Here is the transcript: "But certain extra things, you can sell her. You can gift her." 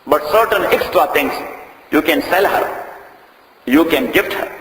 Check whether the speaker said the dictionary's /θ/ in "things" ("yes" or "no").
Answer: no